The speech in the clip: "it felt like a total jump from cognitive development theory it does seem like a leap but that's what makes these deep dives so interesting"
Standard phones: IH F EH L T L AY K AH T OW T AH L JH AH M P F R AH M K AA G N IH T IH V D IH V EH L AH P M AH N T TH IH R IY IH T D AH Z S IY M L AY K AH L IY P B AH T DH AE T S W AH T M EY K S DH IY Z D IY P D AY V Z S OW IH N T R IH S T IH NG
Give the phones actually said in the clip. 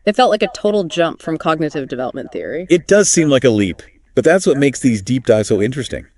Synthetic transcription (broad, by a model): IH F EH L T L AY K AH T OW T L JH AH M P F R AH M K AA G N IH T IH V D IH V EH L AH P M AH N TH IH R IY IH T D AH Z S IY M L AY K AH L IY P B AH T DH AE T S W AH T M EY K S DH IY Z D IY P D AY Z S OW IH N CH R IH S T IH NG